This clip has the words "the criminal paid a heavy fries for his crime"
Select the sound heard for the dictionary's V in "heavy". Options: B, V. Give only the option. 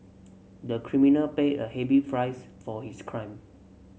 B